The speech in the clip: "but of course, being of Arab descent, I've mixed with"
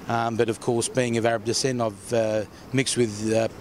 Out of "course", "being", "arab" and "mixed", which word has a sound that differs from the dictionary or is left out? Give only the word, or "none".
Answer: none